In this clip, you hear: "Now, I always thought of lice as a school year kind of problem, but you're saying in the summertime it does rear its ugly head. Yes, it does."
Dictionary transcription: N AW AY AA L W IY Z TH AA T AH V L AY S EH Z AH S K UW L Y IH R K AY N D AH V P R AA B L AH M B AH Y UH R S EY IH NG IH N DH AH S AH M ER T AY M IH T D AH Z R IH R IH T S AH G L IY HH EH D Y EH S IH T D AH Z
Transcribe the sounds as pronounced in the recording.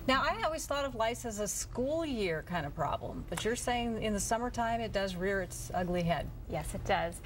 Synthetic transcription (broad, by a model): N AW AY AA L W IY Z TH AA T AH V L AY S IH Z AH S K UW L Y IH R K AY N D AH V P R AA B L AH M B AH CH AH R S EY IH NG IH N DH AH S AH M ER T AY M IH T D AH Z R IH R IH T S AH G L IY HH EH D Y EH S IH T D AH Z